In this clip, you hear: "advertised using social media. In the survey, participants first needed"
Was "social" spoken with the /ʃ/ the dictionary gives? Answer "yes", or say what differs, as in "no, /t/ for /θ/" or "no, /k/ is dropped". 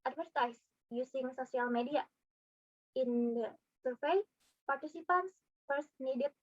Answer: no, /s/ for /ʃ/